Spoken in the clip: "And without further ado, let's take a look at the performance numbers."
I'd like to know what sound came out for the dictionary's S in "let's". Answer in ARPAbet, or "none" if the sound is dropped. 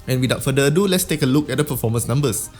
S